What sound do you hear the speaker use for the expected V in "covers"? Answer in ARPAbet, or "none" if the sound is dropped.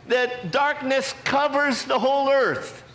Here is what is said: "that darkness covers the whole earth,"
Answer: V